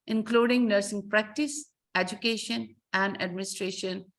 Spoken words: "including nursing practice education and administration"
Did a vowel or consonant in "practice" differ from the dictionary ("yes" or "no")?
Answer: no